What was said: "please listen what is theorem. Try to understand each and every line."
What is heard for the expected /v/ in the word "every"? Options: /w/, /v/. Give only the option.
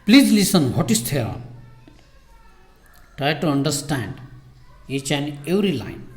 /w/